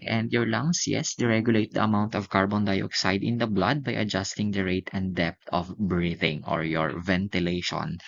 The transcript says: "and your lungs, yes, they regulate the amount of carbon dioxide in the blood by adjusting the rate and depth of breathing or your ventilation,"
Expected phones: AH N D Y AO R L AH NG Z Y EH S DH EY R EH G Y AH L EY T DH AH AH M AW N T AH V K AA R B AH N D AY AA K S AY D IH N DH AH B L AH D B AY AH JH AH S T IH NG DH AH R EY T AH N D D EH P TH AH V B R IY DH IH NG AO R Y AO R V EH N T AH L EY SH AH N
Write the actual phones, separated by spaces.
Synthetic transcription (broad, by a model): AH N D Y AO R L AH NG S Y EH S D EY R EH G Y AH L EY T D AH AH M AW N T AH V K AA R B AH N D AY AA K S AY D IH N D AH B L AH D B AY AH JH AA S T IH NG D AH R EY T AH N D D EH P T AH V B R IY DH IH NG AO R Y AO R V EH N T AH L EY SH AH N